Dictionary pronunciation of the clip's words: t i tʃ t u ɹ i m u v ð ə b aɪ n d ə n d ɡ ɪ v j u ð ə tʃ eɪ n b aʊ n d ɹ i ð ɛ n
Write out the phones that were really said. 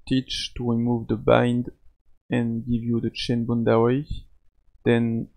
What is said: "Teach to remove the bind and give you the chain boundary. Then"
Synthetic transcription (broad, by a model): t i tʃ t u ɹ i m u v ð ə b aɪ n d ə n ɡ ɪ v j u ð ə tʃ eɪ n b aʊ n d w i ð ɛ n